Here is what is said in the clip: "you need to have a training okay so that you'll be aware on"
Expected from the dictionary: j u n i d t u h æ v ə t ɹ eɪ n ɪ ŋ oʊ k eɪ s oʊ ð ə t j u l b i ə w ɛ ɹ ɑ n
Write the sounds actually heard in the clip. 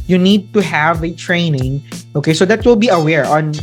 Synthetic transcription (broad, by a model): j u n i d t u h æ v ə t ɹ eɪ n ɪ ŋ oʊ k eɪ s oʊ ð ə t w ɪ l b i ə w ɛ ɹ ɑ n